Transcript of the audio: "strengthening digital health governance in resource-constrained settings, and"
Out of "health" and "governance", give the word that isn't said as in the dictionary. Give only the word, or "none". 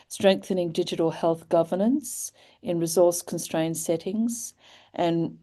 none